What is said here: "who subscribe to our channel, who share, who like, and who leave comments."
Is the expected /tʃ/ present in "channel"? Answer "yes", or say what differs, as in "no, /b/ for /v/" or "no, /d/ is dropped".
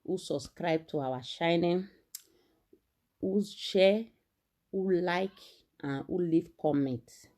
no, /ʃ/ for /tʃ/